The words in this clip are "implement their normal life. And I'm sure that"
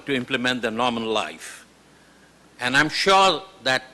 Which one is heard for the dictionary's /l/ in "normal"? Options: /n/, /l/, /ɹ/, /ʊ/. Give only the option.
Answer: /n/